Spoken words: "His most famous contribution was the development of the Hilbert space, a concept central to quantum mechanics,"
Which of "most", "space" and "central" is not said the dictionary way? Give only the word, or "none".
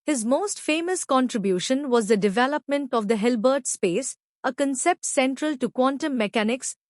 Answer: none